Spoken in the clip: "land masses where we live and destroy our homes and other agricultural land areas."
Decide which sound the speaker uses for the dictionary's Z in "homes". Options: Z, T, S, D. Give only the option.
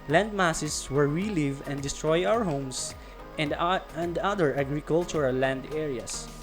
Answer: S